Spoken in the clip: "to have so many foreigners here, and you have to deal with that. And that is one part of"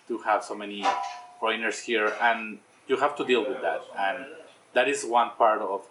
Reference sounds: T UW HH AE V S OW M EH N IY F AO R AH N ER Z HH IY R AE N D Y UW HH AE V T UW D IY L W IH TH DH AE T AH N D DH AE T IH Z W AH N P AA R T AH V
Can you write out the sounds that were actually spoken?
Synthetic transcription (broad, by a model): T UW HH AE V S OW M EH N IY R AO AH N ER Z HH IY R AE N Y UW HH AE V T UW D IY L W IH DH AE T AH N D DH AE T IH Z W AH N P AA R T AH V